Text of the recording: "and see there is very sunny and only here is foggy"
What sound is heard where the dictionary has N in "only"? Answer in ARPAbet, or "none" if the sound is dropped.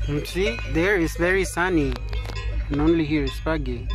N